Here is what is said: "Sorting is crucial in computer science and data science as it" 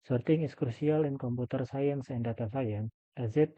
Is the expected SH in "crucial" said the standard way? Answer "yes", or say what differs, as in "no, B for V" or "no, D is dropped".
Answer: no, S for SH